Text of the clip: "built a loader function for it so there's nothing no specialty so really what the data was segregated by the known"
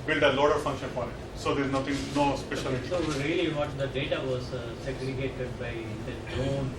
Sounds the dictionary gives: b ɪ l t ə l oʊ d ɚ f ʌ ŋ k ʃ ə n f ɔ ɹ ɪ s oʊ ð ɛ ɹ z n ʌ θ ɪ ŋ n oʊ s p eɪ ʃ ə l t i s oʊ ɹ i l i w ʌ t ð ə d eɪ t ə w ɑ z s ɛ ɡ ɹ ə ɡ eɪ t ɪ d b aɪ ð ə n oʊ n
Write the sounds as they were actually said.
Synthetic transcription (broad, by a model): b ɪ l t ə l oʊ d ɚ f ʌ ŋ k ʃ ə n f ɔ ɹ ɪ s oʊ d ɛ ɹ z n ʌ t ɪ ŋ n oʊ s p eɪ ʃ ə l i s oʊ ɹ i l i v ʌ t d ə d eɪ t ə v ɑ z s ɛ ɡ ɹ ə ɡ eɪ t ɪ d b aɪ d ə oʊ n